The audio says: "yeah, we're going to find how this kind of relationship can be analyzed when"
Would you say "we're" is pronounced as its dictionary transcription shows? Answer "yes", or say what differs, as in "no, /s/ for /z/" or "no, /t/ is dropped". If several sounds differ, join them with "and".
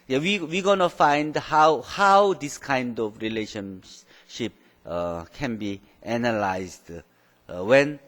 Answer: no, /w/ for /ɹ/